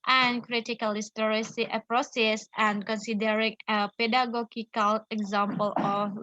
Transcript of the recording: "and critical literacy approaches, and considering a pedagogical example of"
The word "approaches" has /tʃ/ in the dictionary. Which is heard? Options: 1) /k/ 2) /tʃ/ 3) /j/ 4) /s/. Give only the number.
4